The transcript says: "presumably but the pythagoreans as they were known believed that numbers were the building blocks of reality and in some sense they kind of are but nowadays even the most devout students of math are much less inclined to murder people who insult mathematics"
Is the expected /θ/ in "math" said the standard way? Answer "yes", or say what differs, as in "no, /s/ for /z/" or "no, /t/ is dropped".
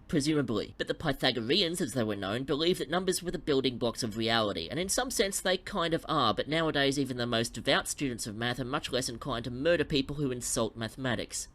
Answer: yes